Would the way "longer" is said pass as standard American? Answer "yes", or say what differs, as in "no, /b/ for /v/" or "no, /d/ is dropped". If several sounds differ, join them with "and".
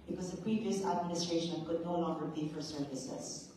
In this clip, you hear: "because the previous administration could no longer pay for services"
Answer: no, /n/ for /l/